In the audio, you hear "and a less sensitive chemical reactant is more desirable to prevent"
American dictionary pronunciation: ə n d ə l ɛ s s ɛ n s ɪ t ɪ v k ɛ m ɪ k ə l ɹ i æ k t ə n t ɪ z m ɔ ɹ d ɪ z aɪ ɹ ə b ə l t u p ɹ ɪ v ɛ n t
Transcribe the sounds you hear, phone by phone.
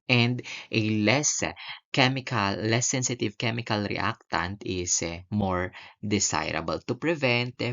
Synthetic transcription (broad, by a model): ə n d ə l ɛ s s ɛ n s ɪ t ɪ v k ɛ m ɪ k ə l ɹ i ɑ k t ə n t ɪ s m ɔ ɹ d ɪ s aɪ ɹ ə b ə l t u p ɹ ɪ v ɛ n t